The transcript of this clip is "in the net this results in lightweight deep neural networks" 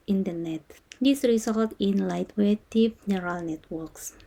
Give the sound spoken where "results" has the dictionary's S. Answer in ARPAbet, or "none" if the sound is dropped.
none